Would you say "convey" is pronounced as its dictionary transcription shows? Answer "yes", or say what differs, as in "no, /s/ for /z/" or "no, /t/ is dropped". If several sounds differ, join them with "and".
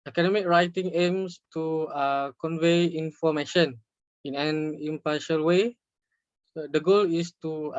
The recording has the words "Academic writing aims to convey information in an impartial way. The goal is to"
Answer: yes